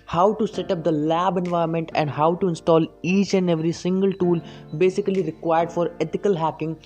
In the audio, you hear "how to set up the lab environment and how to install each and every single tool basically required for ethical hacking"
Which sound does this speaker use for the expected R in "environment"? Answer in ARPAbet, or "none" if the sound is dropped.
none